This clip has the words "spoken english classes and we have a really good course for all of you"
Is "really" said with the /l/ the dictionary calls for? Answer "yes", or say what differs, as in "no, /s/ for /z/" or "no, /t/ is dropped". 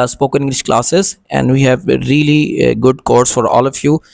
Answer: yes